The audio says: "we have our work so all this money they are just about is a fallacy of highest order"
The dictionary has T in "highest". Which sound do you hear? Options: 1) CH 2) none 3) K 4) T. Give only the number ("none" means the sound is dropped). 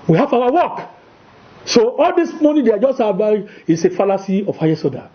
2